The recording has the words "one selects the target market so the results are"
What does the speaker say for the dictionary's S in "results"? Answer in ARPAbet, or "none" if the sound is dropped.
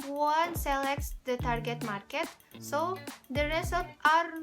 none